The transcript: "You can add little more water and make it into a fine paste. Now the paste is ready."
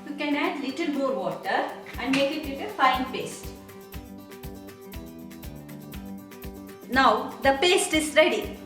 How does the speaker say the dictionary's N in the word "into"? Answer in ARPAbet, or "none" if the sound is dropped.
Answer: none